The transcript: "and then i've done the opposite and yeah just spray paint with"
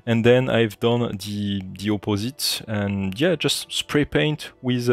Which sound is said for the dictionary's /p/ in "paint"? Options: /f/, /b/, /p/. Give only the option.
/p/